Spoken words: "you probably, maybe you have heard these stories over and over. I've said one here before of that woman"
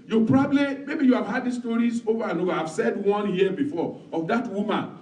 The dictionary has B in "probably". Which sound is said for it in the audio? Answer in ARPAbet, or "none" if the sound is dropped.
B